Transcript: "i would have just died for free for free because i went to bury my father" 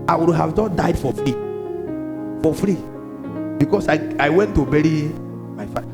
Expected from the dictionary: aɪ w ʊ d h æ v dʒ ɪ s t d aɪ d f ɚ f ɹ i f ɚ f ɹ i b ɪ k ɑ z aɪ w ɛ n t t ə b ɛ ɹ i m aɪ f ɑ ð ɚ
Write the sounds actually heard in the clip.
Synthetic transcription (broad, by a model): aɪ w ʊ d h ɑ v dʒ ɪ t d aɪ d f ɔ f ɹ i f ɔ f ɹ i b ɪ k ɑ s aɪ w ɛ n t t ə b ɛ ɹ i m aɪ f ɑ